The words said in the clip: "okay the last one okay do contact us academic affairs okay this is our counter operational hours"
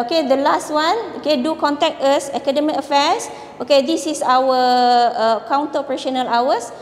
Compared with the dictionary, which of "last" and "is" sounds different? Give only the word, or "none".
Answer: is